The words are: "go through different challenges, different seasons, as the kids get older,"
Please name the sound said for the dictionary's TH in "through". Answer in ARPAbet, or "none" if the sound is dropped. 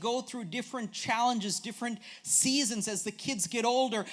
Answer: TH